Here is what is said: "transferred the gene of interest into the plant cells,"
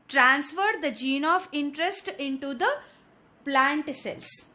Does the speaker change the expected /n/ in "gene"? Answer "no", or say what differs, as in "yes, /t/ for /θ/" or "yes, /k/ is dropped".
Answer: no